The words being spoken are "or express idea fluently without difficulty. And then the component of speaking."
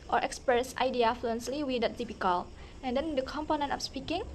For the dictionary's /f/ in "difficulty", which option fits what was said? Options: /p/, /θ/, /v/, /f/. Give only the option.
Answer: /p/